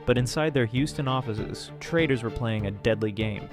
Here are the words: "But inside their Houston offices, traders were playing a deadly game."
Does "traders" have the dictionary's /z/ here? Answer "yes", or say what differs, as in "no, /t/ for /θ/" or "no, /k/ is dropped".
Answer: yes